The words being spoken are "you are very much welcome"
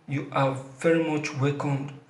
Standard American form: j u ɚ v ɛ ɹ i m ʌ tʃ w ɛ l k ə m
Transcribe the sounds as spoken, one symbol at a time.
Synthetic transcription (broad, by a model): j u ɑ v ɛ ɹ i m ʌ tʃ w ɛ k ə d